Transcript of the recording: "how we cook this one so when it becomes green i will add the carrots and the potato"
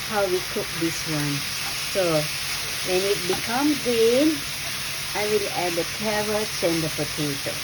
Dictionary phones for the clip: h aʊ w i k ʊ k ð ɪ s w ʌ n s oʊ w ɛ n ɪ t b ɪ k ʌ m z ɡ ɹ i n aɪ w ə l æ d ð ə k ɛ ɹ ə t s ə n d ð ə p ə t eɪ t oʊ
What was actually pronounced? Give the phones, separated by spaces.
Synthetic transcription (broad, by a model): h aʊ w i k ʊ k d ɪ s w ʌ n s oʊ w ɛ n ɪ t b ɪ k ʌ m ɡ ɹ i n aɪ w ə l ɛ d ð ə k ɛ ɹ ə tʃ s ə n d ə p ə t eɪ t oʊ